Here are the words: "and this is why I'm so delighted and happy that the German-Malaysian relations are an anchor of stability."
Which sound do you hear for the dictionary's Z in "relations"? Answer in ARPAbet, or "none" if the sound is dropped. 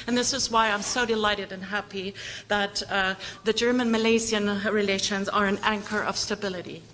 Z